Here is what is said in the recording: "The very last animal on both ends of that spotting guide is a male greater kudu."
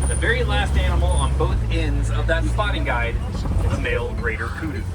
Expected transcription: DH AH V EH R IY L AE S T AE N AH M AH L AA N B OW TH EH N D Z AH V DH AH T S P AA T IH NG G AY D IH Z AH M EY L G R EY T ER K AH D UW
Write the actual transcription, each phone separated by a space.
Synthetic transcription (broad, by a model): DH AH V EH R IY L AE S T AE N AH M L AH N B OW TH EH N D Z AH V DH AH T S P AA T IH NG G AY D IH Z AH M EY L G R EY T ER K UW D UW